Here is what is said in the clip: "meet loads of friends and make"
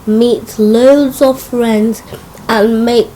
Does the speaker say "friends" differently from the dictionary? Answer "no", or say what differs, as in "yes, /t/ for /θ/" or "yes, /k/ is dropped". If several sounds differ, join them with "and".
no